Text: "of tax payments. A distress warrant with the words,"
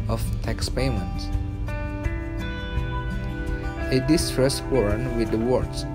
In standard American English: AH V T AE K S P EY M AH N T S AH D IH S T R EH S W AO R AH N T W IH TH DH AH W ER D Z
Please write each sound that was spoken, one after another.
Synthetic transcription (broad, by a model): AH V T AE K S P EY M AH N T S AH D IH S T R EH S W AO R N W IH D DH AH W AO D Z